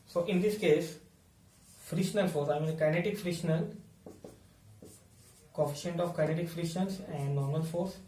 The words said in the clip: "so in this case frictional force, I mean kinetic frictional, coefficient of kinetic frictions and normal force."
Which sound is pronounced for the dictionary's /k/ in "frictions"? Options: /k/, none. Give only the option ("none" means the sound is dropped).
none